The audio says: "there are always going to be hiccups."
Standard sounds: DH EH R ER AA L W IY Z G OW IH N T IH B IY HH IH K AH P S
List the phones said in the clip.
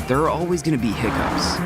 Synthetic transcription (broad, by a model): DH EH R AA L W IY Z G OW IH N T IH B IY HH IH K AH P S